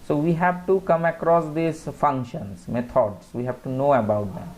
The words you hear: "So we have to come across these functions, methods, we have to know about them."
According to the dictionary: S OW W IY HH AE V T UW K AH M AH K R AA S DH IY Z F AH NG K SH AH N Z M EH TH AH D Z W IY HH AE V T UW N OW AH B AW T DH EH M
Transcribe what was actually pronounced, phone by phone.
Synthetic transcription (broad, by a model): S OW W IY HH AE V T UW K AH M AH K R AA S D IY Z F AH NG K SH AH N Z M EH T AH D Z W IY HH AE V T UW N OW AH B AW T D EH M